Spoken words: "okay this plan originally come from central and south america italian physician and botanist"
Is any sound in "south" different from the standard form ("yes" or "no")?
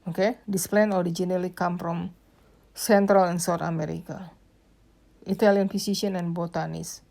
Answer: yes